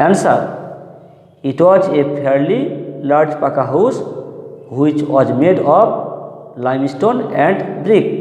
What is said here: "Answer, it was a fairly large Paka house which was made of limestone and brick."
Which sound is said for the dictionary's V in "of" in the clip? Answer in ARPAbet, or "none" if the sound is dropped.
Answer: P